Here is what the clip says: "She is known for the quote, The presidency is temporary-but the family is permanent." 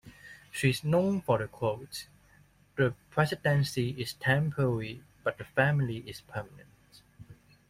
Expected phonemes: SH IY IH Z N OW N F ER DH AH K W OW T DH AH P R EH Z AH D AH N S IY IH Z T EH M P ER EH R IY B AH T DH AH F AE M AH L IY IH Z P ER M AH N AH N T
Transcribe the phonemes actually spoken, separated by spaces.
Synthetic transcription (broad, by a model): SH IY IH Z N OW N F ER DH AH K W OW T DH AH P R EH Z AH D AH N S IY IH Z T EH M P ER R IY B AH T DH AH F AE M AH L IY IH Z P ER M AH N AH N T